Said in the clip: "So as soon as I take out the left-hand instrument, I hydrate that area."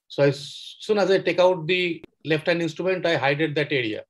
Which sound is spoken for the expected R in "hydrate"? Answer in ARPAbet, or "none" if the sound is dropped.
none